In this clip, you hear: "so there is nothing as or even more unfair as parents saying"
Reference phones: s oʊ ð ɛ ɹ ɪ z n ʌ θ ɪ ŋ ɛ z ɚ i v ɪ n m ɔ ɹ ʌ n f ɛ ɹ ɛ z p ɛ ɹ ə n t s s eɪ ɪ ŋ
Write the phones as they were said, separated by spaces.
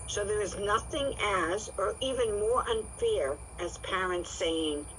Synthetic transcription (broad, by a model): s oʊ ð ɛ ɹ ɪ z n ʌ θ ɪ ŋ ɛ z ɚ i v ɪ n m ɔ ɹ ʌ n f ɛ ɹ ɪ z p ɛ ɹ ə n t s s eɪ ɪ ŋ